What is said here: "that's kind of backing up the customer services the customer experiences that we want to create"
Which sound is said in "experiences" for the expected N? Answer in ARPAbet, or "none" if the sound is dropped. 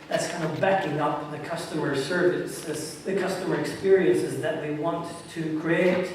N